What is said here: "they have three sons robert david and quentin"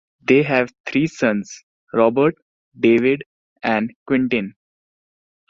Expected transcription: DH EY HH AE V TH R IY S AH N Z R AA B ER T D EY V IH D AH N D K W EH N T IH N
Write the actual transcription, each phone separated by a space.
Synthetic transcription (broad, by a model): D EY HH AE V T R IY S AH N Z R AA B ER T D EY V IH D AH N D K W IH N T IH N